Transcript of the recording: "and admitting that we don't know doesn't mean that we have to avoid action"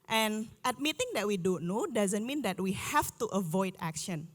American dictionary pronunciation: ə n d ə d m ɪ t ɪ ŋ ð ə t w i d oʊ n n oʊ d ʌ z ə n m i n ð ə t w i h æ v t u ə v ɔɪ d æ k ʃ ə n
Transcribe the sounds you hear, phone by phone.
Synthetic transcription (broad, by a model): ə n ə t m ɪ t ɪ ŋ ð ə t w i d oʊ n n oʊ d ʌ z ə n m i n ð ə t w i h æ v t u ə v ɔɪ d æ k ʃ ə n